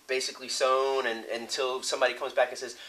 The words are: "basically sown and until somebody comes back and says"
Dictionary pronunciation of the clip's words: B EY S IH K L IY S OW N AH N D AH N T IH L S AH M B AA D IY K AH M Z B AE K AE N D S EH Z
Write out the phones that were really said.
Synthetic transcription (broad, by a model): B EY S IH K L IY S OW N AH N AH N T IH L S AH M B AA D IY K AH M Z B AE K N S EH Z